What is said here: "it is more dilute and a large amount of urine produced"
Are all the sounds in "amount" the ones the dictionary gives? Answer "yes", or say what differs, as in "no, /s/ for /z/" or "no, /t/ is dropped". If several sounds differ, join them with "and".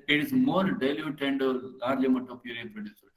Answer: no, /n/ is dropped